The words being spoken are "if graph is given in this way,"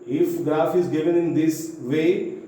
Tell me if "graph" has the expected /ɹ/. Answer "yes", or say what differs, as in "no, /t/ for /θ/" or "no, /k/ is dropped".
no, /ɹ/ is dropped